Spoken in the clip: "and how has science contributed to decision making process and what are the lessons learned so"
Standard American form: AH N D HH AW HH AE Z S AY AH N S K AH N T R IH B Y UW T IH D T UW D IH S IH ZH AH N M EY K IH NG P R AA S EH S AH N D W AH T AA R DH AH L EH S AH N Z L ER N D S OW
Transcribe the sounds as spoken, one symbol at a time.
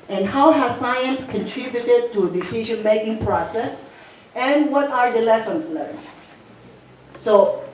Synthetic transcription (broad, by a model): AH N HH AW HH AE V S AY AH N S K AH N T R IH B Y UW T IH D T UW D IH S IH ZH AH N M EY K IH NG P R AA S EH S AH N W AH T AA R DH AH L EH S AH N S L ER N S OW